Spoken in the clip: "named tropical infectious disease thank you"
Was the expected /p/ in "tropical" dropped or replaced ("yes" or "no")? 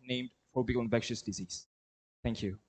yes